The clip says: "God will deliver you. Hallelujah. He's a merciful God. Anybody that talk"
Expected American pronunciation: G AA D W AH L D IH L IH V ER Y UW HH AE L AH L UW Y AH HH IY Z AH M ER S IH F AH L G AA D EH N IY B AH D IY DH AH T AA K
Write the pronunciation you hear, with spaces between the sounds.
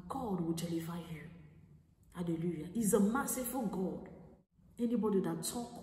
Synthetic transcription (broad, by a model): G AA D W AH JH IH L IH F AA Y UW HH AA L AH L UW Y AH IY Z AH M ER S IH F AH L G AA D EH N IY B AH D IY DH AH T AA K